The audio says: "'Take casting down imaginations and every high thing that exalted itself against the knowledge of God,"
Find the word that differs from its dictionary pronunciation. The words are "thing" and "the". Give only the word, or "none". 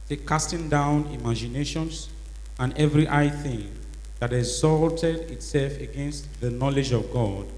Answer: none